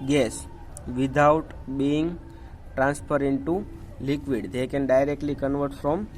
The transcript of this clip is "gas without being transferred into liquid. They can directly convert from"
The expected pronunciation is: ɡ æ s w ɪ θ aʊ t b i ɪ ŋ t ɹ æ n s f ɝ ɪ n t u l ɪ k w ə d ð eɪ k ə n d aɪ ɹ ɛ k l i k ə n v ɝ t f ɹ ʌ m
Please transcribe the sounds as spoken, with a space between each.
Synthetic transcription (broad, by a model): ɡ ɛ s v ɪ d aʊ t b i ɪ ŋ t ɹ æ n s p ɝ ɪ n t u l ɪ k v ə d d eɪ k ə n d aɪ ɹ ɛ k l i k ə n v ɝ t f ɹ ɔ m